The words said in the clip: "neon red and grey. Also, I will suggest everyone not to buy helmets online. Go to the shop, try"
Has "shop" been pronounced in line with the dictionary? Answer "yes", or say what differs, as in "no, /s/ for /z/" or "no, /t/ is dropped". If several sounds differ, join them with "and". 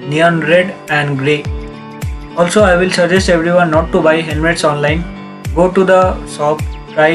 no, /s/ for /ʃ/